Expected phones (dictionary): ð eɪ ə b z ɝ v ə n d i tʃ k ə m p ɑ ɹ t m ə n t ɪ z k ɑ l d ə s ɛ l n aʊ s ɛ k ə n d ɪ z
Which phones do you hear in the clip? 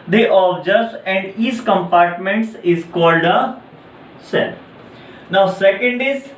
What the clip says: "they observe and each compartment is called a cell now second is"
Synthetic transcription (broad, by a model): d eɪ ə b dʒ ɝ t ə n d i s k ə m p ɑ ɹ t m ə n t ɪ z k ɑ l d ə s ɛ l n aʊ s ɛ k ə n d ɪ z